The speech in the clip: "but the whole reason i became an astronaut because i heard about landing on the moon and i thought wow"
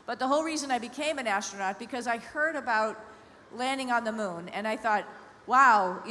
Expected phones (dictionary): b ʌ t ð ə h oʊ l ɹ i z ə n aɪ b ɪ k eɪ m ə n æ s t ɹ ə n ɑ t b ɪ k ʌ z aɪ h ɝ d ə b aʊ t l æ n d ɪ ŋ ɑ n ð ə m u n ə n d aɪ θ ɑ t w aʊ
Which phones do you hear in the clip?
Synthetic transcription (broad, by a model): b ʌ t ð ə h oʊ l ɹ i z ə n aɪ b ɪ k eɪ m ə n æ s t ɹ ə n ɑ t b ɪ k ʌ z aɪ h ɝ d ə b aʊ t l æ n d ɪ ŋ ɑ n ð ə m u n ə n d aɪ θ ɑ t w aʊ